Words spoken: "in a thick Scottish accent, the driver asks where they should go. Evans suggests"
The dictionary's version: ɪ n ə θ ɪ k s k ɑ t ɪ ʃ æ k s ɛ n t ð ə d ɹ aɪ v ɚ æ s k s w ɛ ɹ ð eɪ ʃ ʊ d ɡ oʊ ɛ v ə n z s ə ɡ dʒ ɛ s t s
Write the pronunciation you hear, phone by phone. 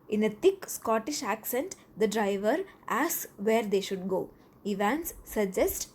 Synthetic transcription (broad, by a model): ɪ n ə t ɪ k s k ɑ t ɪ ʃ æ k s ɛ n t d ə d ɹ aɪ v ɚ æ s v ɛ ɹ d eɪ ʃ ʊ d ɡ oʊ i v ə n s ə dʒ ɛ s t